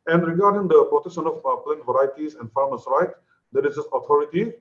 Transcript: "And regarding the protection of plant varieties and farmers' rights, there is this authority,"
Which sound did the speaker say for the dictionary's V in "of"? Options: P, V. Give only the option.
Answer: P